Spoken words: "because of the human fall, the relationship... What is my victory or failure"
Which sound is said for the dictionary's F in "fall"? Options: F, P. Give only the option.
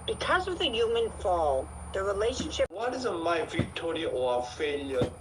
F